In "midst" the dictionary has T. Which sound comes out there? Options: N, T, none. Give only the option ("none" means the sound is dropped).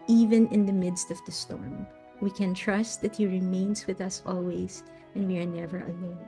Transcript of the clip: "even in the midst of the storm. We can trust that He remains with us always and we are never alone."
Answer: T